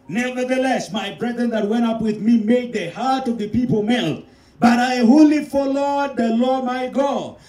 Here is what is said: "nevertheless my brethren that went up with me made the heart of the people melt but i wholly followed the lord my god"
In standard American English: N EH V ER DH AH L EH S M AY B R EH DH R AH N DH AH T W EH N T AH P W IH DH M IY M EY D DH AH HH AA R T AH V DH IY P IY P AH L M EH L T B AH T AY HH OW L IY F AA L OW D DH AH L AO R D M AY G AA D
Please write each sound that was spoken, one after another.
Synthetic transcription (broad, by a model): N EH V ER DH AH L EH S M AY B R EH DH R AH N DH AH T W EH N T AH P W IH DH M IY M EY D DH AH HH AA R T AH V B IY P IY P AH L M EH L T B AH T AY HH OW L IY F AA L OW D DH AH L AO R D M AY G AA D